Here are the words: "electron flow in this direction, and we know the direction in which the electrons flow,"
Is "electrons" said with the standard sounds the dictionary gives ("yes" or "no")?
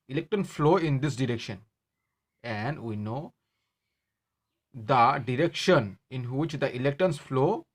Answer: no